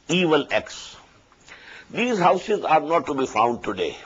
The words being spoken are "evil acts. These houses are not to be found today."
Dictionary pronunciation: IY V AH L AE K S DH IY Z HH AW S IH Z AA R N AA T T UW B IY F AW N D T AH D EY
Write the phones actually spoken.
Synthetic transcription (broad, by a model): IY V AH L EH K S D IY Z HH AW S IH Z AA R N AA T T UW B IY F AW N D T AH D EY